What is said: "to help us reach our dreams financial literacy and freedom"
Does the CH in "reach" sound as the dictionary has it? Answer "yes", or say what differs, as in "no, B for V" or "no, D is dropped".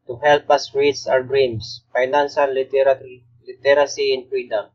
no, S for CH